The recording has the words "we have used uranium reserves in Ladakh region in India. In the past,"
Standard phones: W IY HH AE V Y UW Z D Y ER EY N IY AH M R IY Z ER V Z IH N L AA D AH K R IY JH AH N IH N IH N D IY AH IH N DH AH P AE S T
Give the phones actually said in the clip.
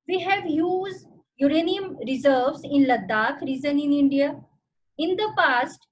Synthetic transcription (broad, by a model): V IY HH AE V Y UW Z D Y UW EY N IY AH M R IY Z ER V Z IH N L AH D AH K R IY Z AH N IH N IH N D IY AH IH N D AH P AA S T